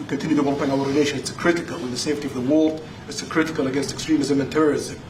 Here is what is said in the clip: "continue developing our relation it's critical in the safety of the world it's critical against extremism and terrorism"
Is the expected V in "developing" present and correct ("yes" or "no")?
no